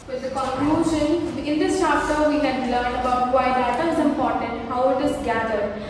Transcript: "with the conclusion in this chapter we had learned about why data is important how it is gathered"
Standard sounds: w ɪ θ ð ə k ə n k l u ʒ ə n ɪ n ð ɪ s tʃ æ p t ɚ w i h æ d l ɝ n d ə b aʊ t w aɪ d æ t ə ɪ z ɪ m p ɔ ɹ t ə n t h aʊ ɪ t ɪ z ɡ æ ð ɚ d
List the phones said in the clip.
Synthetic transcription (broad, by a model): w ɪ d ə k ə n k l u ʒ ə n ɪ n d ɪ s tʃ æ p t ɚ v i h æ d l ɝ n ə b aʊ t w aɪ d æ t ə ɪ z ɪ m p ɔ ɹ t ə n t h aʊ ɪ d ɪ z ɡ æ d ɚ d